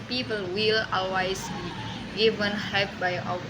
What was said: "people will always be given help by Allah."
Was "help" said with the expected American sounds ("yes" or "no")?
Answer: no